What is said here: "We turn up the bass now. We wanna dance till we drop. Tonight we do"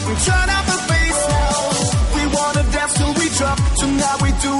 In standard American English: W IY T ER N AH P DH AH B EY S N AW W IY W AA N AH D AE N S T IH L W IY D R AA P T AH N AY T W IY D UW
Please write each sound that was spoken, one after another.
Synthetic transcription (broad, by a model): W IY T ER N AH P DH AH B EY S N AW W IY W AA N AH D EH S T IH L W IY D R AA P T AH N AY W IY D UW